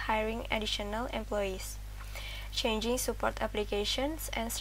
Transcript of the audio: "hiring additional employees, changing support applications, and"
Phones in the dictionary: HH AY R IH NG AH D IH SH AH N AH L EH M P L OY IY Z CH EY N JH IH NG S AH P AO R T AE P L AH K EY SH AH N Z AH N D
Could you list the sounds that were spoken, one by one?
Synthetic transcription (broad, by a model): HH AY R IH NG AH D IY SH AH N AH L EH M P L OY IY S CH EY N JH IH NG S AH P AO R T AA P L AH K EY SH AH N S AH N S